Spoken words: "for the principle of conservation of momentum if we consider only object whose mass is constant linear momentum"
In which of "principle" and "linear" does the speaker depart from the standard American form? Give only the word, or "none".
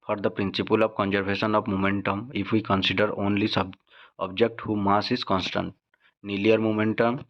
linear